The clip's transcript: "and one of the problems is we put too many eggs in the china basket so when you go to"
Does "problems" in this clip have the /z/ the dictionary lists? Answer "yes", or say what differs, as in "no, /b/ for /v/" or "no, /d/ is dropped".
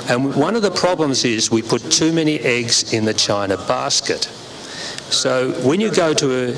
yes